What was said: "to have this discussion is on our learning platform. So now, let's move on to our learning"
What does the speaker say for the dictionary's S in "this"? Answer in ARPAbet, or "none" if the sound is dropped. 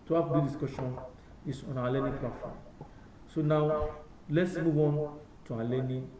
none